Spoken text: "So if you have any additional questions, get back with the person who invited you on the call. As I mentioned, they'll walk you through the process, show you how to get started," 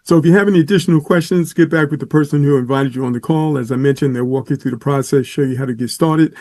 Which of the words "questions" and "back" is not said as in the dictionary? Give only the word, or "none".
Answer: none